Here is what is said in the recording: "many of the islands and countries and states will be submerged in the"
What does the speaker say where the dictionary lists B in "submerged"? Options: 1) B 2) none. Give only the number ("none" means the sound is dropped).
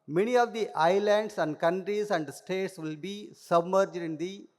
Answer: 1